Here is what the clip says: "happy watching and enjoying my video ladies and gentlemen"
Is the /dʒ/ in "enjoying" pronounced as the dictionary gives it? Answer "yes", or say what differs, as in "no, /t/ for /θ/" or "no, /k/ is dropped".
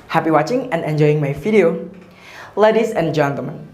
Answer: yes